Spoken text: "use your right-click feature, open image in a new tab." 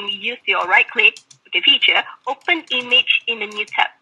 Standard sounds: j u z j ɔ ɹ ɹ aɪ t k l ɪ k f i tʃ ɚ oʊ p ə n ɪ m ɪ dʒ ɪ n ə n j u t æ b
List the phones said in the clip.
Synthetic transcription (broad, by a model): j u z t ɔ l ɹ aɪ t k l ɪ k f i tʃ ɚ oʊ p ə n ɪ m ɪ dʒ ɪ n ə n j u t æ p